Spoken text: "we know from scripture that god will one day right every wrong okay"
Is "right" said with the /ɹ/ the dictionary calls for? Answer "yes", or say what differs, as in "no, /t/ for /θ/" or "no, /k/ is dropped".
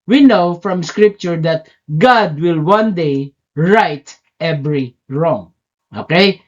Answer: yes